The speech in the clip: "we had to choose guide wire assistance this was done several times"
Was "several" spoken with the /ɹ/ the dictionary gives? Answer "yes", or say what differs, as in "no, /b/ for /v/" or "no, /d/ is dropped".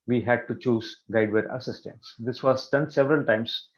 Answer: yes